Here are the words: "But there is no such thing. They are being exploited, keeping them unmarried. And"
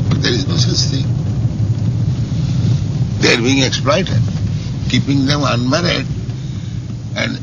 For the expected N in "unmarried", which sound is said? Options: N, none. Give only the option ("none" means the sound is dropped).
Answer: N